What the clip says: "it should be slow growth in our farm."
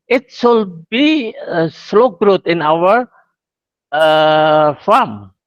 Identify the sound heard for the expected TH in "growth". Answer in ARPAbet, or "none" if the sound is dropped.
T